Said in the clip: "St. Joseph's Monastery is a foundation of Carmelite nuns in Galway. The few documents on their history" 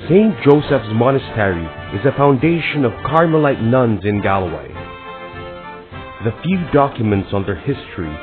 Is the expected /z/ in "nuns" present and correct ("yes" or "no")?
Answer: yes